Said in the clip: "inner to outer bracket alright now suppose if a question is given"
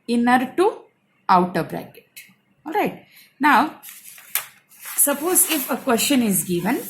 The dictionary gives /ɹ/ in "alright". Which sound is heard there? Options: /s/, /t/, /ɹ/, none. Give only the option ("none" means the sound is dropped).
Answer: /ɹ/